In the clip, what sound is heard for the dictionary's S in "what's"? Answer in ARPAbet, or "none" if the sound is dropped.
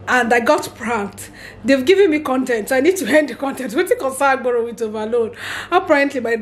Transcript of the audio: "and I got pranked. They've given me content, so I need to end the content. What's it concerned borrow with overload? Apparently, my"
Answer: none